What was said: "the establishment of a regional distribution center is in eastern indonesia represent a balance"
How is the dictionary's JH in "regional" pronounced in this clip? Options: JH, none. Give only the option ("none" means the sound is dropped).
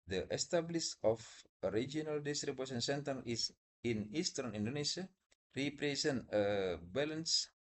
none